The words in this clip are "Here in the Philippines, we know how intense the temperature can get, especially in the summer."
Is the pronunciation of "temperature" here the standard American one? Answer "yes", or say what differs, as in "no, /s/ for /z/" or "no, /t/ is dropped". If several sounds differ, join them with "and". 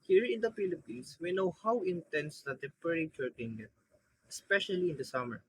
no, /m/ is dropped